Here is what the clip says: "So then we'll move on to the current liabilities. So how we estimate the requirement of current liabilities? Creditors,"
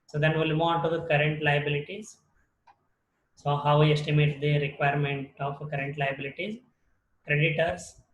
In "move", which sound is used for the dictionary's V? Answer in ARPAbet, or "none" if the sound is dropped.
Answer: none